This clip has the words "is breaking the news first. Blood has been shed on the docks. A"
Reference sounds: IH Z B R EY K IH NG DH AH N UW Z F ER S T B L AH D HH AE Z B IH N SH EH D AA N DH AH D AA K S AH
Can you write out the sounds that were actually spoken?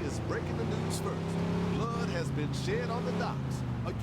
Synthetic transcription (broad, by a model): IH Z B R EY K IH NG DH AH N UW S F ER T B L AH D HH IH Z B IH N SH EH D N DH AH D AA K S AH